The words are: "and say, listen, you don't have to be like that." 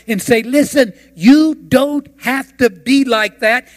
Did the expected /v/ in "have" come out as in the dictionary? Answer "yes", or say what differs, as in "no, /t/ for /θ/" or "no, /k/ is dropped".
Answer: no, /f/ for /v/